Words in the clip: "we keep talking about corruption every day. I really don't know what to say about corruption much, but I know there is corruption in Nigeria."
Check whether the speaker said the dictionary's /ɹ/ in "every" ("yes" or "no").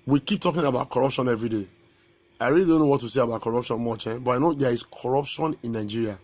yes